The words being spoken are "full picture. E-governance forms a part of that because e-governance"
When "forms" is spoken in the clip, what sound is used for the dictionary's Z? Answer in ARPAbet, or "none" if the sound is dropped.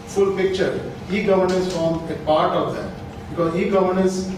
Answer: none